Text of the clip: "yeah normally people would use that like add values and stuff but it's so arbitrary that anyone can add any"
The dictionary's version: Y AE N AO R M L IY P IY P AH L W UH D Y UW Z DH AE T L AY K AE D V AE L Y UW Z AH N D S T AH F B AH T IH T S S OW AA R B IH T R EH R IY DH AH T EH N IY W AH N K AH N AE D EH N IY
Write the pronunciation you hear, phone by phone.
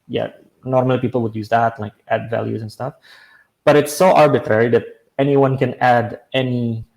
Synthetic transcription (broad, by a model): Y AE N AO R M L IY P IY P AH L W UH D Y UW Z DH AE T L AY K AE D V AE L Y UW Z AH N S T AH F B AH T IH T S S OW AA R B IH T R EH R IY DH AH T EH N IY W AH N K AH N AE D EH N IY